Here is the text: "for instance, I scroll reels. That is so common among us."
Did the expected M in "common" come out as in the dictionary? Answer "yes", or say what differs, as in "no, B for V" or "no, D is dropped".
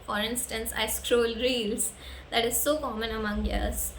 yes